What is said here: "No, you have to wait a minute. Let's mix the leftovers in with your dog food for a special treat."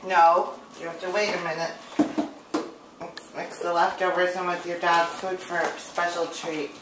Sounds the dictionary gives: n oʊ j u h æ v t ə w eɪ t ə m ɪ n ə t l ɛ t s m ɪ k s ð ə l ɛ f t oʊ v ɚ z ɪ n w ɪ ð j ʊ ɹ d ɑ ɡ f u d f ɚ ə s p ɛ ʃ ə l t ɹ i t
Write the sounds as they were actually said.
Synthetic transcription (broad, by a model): n oʊ j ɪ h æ f t ə w eɪ t ə m ɪ n ə t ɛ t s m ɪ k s ð ə l ɛ f t oʊ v ɚ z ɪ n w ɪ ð j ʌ ɹ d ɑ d f u d f ɚ s p ɛ ʃ l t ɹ i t